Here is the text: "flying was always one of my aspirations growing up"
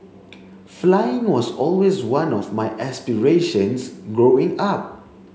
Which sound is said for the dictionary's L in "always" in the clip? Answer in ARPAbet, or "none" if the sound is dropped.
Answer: L